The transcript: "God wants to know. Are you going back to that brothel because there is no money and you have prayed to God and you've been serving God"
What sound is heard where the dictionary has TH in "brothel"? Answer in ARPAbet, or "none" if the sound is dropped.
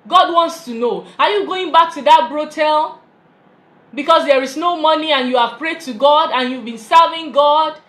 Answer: T